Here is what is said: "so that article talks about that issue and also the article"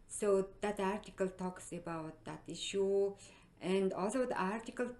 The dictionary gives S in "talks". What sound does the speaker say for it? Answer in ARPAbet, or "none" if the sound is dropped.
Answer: S